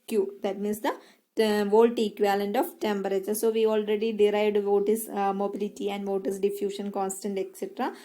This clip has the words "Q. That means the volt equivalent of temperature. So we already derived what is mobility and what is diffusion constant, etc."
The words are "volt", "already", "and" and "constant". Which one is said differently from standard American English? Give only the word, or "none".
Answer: none